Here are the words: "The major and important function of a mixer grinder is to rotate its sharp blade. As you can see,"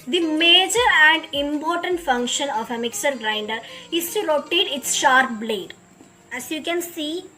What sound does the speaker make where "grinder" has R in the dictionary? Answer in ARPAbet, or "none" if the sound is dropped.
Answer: R